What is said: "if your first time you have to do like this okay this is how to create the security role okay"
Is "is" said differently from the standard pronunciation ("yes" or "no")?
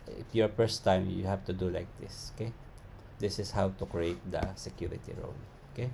yes